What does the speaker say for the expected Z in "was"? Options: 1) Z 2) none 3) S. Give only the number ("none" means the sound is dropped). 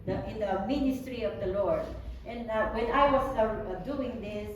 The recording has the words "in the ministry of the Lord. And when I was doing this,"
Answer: 3